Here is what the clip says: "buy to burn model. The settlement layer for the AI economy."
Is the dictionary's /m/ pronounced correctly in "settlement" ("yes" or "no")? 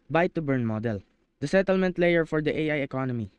yes